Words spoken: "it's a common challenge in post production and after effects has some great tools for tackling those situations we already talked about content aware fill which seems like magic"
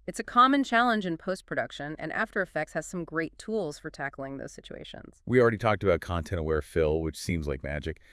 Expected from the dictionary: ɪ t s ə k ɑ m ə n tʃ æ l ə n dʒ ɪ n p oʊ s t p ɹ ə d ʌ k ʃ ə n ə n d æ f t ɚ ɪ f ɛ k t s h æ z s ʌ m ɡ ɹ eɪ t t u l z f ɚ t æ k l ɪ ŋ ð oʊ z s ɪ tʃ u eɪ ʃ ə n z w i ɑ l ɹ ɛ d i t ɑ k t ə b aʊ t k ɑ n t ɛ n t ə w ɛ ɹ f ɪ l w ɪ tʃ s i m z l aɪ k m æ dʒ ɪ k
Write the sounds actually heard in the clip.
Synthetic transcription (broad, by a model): ɪ t s ə k ɑ m ə n tʃ æ l ə n dʒ ɪ n p oʊ s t p ɹ ə d ʌ k ʃ ə n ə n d æ f t ɚ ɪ f ɛ k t s h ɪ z s ʌ m ɡ ɹ eɪ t t u l z f ɚ t æ k l ɪ ŋ ð oʊ z s ɪ tʃ u eɪ ʃ ə n z w i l ɹ ɛ d i t ɑ k t ə b aʊ t k ɑ n t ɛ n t ə w ɛ ɹ f ɪ l w ɪ tʃ s i m z l aɪ k m æ dʒ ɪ k